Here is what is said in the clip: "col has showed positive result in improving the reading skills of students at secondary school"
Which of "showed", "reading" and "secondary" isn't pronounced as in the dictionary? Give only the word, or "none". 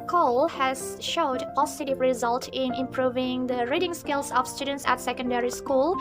none